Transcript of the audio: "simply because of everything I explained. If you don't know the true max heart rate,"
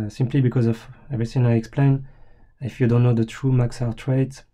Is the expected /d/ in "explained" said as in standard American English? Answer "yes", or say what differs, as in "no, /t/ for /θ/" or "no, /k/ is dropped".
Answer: no, /d/ is dropped